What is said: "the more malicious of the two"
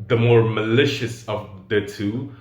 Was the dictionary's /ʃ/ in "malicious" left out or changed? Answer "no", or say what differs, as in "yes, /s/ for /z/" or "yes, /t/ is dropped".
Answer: no